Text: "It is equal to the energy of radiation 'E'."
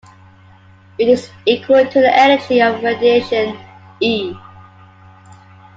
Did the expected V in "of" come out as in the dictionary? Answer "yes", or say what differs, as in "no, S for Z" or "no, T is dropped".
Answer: yes